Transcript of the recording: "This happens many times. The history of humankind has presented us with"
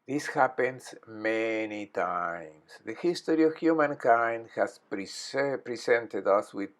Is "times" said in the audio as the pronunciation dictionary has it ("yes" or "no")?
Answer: no